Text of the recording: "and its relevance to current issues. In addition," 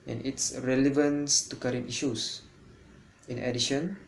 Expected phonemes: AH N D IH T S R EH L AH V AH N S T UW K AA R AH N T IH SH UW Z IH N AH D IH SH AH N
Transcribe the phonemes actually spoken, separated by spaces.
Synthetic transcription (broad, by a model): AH N IH T S R EH L AH V AH N S T UW K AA R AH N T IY SH UW S IH N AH D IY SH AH N